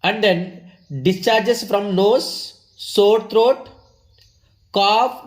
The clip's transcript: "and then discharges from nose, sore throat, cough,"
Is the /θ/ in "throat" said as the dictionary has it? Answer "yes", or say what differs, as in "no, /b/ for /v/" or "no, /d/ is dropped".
no, /t/ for /θ/